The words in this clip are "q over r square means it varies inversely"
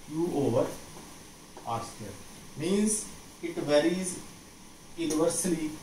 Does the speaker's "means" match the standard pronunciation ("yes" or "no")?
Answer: yes